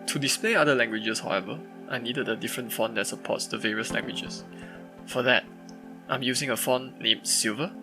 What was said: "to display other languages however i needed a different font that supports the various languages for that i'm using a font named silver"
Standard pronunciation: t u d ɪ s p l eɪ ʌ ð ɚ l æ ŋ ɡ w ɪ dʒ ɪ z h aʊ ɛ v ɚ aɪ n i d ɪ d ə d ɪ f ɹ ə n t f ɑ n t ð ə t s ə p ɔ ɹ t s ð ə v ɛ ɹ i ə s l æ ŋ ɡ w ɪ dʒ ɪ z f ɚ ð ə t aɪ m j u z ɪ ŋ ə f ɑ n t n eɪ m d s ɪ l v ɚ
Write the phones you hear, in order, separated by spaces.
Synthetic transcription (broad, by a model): t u d ɪ s p l eɪ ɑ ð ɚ l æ ŋ ɡ w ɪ dʒ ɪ s h aʊ ɛ v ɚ aɪ n i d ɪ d ə d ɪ f ɹ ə n t f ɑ n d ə t s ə p ɔ t s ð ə v ɛ ɹ i ə s l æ ŋ ɡ w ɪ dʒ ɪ s f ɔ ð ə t aɪ m j u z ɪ ŋ ə f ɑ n n eɪ m s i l v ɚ